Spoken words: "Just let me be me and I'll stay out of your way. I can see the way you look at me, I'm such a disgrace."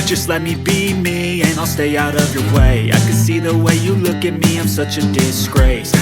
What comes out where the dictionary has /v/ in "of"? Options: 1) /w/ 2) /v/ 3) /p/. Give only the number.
2